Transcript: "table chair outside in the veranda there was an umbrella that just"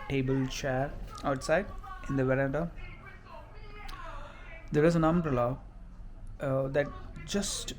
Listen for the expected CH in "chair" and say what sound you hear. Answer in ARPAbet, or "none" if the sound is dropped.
CH